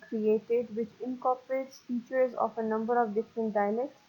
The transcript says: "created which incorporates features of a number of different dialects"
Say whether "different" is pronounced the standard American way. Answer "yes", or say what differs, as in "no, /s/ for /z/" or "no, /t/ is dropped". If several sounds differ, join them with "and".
yes